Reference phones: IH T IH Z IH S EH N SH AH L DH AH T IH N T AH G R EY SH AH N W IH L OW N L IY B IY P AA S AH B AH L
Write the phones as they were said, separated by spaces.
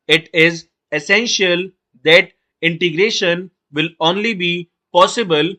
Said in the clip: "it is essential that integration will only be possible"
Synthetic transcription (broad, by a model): IH T IH Z IH S EH N SH AH L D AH T IH N T AH G R EY SH AH N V IH L OW N L IY B IY P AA S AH B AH L